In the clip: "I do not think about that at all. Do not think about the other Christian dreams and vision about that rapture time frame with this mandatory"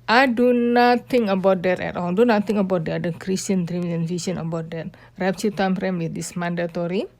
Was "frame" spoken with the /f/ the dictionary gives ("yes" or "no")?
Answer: no